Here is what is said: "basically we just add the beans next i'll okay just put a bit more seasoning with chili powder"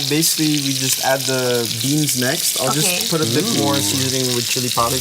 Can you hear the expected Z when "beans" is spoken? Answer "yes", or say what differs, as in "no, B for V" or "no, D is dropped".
yes